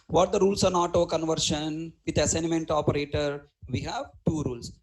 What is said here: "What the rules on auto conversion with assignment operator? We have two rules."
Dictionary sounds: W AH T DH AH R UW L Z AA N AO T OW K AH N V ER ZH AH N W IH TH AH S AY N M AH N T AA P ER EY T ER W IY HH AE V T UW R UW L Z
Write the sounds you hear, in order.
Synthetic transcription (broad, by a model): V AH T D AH R UW L S AA N AO T OW K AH N V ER SH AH N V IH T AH S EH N M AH N T AA P ER EY T ER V IY HH AE V T UW R UW L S